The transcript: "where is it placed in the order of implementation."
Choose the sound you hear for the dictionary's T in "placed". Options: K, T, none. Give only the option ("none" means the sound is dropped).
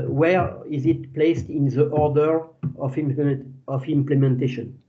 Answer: T